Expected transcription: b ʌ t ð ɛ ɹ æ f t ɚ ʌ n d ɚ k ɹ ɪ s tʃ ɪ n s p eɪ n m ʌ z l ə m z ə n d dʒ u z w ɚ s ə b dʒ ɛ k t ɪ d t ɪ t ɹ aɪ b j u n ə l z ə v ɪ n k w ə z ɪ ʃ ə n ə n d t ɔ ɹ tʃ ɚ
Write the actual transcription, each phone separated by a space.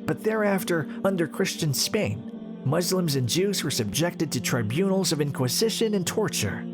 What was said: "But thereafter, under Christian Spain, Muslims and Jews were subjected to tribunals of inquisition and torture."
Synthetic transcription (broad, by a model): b ʌ t ð ɛ ɹ æ f t ɚ ʌ n d ɚ k ɹ ɪ s tʃ ɪ n s p eɪ n m ʌ z l ə m z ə n dʒ u z w ɚ s ə b dʒ ɛ k t ɪ d t ɪ t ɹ aɪ b j u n l z ə v ɪ n k w ə z ɪ ʃ ə n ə n t ɔ ɹ tʃ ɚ